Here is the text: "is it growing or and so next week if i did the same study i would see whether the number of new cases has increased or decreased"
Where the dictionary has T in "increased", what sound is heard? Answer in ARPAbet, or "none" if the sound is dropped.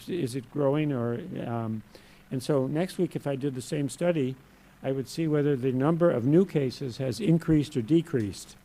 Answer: T